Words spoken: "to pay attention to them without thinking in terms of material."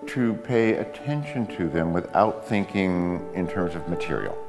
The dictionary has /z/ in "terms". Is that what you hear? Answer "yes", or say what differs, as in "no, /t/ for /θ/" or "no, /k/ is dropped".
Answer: yes